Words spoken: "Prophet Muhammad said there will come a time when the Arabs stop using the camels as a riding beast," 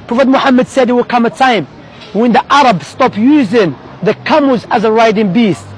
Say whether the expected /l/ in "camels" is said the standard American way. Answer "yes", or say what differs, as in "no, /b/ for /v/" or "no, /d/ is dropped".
no, /l/ is dropped